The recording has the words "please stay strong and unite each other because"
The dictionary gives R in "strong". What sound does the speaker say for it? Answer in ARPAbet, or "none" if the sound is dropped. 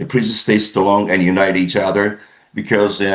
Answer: L